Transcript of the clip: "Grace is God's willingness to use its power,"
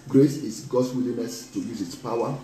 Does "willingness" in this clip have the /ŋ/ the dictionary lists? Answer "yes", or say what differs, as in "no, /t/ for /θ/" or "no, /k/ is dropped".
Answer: no, /ŋ/ is dropped